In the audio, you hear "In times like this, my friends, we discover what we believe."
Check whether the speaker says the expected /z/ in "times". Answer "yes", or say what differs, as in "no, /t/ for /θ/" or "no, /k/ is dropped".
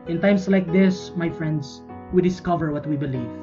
no, /s/ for /z/